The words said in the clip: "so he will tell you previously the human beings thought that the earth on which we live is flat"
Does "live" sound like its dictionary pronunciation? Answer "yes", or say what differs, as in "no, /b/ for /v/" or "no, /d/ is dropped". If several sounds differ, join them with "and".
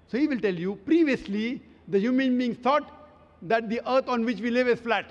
yes